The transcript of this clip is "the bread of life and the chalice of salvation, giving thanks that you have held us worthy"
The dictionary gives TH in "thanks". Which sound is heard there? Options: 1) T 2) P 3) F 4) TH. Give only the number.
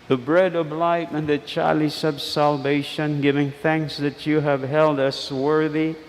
4